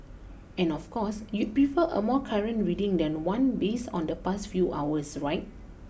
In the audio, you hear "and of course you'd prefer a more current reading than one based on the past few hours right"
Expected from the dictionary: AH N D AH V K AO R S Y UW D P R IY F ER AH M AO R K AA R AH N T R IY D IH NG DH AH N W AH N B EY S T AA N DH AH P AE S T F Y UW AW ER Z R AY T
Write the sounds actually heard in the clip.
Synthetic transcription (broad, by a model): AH N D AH F K AO S Y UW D P R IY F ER AH M AO K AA R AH N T R IY D IH NG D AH N W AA N B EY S AA N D AH P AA S T F Y UW AW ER S R AY T